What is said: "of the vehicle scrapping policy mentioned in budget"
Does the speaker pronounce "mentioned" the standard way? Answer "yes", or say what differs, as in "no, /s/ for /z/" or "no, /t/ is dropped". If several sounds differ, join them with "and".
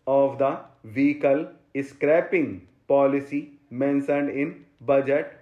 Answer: no, /s/ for /ʃ/